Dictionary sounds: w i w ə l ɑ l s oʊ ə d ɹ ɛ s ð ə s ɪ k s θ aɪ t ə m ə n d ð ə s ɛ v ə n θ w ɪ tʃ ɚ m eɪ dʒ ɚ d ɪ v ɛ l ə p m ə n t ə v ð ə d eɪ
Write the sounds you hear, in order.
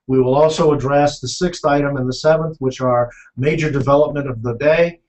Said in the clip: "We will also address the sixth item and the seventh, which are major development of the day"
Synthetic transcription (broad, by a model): w i w ə l ɑ l s oʊ ə d ɹ ɛ s ð ə s ɪ k s θ aɪ t ə m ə n ð ə s ɛ v ə n θ w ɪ tʃ ɚ m eɪ dʒ ɚ d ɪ v ɛ l ə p m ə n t ə v ð ə d eɪ